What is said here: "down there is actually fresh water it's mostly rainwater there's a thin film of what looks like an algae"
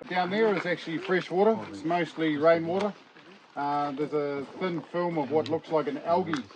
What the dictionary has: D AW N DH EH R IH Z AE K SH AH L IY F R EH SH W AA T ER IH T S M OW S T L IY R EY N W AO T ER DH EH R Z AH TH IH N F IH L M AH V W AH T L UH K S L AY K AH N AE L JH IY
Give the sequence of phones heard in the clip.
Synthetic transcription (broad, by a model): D AW N DH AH R IH Z AE K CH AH L IY F R EH SH W AA T ER IH T S M OW S T L IY R EY N W AO T ER DH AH R Z AH TH IH N F IH L M AH V W AH T L UH K S L AY K AH N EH L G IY